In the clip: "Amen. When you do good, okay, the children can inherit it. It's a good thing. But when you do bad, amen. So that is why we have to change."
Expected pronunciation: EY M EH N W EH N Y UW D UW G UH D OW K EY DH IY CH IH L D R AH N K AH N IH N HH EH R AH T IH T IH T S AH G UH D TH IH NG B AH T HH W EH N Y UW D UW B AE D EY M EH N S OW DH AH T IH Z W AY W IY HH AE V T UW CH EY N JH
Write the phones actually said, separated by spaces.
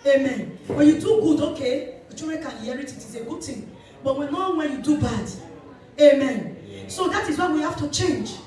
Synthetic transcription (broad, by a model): EY M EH N W EH N Y UW D UW G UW D OW K EY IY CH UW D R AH K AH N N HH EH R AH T IH T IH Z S AH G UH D T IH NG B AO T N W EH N Y UW D UW B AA D EY M EH N S OW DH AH T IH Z W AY W IY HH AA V T UW CH EY N JH